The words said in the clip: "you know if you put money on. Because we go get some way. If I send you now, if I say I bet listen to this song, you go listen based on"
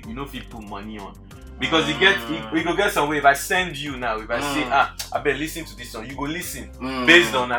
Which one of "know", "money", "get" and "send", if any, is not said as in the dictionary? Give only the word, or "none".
none